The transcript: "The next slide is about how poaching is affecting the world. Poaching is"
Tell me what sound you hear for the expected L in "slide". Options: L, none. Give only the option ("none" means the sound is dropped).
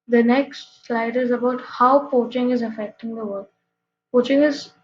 L